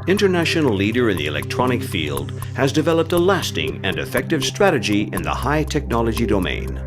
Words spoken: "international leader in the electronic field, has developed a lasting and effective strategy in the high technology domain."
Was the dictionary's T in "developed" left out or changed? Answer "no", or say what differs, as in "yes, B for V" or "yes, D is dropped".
no